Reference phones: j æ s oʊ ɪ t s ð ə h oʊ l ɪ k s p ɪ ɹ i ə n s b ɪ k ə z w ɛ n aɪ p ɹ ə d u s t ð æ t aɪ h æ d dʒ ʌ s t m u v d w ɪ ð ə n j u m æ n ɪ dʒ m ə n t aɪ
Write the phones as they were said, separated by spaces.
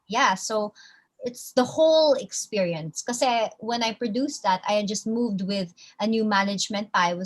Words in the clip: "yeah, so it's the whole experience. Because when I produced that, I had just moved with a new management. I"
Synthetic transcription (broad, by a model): j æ s oʊ ɪ t s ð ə h oʊ l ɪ k s p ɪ ɹ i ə n s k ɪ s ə w ɛ n aɪ p ɹ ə d u s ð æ t aɪ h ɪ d dʒ ʌ s t m u v d w ɪ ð ə n j u m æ n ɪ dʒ m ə n t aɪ